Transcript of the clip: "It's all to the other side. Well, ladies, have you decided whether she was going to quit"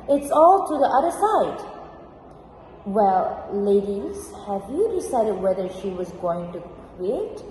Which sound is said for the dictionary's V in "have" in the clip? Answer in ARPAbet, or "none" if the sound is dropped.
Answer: V